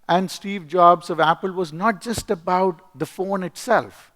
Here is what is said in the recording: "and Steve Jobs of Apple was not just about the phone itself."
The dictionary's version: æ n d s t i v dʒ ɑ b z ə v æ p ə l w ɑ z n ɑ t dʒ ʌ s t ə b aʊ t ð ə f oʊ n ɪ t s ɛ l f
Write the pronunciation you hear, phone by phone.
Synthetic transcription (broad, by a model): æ n d s t i v dʒ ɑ b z ə v æ p ə l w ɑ z n ɑ t dʒ ʌ s t ə b aʊ t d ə f oʊ n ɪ t s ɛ l f